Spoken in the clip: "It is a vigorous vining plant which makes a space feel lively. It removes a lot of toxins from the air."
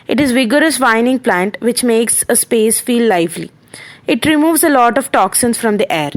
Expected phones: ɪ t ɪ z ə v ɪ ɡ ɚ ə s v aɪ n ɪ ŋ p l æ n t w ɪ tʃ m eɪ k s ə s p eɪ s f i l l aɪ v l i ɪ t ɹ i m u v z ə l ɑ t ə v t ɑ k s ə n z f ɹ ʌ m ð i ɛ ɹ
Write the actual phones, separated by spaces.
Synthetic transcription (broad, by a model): ɪ t ɪ z v ɪ ɡ ɚ ə s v aɪ n ɪ ŋ p l æ n t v ɪ tʃ m eɪ k s ə s p eɪ s f i l l aɪ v l i ɪ t ɹ i m u v z ə l ɑ t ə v t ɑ k s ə n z f ɹ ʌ m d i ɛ ɹ